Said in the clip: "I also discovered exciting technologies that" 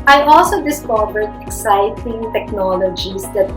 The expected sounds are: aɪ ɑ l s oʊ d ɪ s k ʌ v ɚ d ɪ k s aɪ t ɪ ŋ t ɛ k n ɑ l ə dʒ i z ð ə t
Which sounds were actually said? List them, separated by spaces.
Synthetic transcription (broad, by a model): aɪ ɑ l s oʊ d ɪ s k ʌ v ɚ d ɪ k s aɪ t ɪ ŋ t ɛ k n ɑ l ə dʒ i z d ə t